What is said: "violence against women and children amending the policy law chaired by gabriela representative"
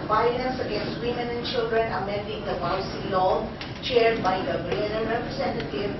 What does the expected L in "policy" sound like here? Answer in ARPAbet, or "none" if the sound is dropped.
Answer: none